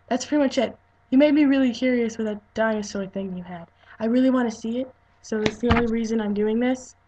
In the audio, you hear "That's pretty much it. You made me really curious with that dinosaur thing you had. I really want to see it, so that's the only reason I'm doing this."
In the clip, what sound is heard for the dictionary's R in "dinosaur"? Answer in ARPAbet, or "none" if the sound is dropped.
L